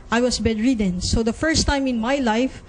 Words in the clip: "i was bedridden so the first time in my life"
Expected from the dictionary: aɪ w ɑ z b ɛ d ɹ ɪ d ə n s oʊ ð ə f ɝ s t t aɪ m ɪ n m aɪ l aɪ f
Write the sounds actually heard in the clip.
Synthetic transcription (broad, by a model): aɪ w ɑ s b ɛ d ɹ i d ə n s oʊ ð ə f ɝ s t t aɪ m ɪ n m aɪ l aɪ f